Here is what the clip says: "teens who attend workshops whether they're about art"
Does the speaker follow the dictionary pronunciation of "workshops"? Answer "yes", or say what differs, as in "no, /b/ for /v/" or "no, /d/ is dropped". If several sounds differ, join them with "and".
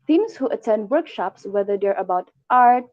yes